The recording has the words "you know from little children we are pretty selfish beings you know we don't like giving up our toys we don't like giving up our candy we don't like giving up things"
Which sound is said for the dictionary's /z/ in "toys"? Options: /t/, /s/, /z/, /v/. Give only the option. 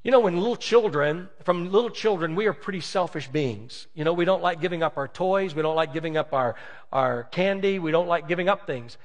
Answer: /z/